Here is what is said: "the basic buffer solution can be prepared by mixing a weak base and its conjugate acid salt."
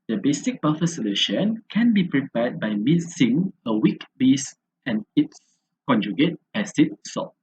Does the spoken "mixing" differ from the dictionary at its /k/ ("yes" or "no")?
yes